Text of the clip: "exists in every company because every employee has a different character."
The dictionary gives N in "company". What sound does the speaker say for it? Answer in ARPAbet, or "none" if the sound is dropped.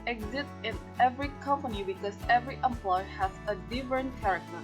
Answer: N